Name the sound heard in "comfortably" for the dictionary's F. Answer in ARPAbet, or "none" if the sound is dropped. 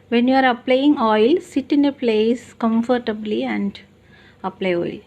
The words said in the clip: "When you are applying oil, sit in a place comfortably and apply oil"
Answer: F